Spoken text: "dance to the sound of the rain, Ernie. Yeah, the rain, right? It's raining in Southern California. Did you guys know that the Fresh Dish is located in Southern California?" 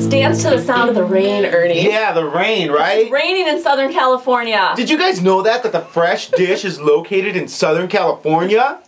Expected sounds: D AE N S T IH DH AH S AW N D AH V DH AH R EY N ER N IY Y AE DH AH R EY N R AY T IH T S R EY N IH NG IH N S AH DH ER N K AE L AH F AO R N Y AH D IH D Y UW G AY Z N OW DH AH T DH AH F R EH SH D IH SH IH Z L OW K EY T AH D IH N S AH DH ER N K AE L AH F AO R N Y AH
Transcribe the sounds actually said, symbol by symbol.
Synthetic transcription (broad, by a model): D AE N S T IH DH AH S AW N D AH V DH AH R EY N ER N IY Y AE DH AH R EY N R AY IH T R EY N IH NG IH N S AH DH ER N K AE L AH F AO R N Y AH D IH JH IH G AY Z N OW DH AH T DH AH F R EH SH D IH SH IH Z L OW K EY T AH D IH N S AH DH ER N K AE L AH F AO R N Y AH